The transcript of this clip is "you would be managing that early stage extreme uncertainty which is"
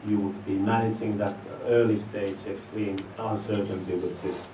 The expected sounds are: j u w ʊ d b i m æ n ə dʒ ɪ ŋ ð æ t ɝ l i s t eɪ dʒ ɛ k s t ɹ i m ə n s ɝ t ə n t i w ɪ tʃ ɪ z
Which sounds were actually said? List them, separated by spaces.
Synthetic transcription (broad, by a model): j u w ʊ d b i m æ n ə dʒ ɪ ŋ ð æ t ɝ l i s t eɪ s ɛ k s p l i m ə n s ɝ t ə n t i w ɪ s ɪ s